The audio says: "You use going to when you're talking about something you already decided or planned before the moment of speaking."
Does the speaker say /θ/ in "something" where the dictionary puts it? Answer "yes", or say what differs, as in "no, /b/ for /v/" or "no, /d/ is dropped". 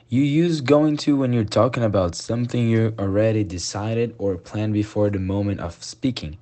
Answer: yes